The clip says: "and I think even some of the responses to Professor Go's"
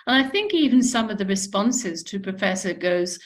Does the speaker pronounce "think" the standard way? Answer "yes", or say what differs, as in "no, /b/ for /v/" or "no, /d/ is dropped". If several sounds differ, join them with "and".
yes